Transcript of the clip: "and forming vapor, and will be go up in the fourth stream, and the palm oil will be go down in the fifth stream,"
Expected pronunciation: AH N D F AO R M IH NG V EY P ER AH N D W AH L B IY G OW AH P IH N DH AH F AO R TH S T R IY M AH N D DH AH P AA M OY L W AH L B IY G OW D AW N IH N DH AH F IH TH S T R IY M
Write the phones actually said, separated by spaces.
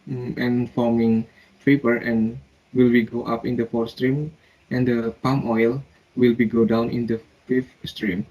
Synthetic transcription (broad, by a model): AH N F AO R M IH NG P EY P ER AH N W AH L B IY G OW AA P IH N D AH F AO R S T R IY M AH N D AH P AA M OY L W AH L B IY G OW D AW N IH N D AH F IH F S T R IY M